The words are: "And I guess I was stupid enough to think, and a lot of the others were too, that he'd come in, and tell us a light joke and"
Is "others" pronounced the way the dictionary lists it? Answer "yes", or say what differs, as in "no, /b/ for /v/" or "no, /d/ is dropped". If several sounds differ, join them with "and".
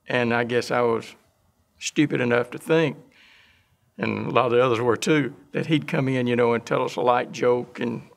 yes